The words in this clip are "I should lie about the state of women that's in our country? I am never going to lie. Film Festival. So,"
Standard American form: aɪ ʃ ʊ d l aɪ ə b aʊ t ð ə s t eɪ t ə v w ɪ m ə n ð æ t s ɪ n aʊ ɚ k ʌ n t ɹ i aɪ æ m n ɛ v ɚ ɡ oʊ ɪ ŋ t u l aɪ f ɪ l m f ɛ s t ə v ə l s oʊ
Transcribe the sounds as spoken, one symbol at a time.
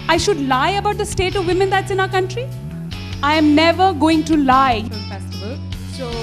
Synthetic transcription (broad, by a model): aɪ ʃ ʊ d l aɪ ə b aʊ t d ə s t eɪ t ə v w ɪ m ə n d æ t s ɪ n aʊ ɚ k ʌ n t ɹ i aɪ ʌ m n ɛ v ɚ ɡ oʊ ɪ ŋ t u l l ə ə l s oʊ